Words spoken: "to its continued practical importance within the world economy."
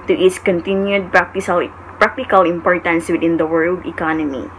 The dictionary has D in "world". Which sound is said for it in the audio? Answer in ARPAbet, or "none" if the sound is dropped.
D